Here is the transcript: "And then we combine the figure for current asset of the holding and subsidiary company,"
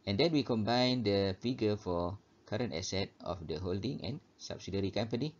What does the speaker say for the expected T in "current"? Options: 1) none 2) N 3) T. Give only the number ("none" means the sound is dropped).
3